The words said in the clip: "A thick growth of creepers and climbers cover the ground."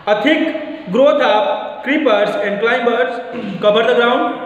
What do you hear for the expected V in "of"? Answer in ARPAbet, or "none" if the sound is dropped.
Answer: P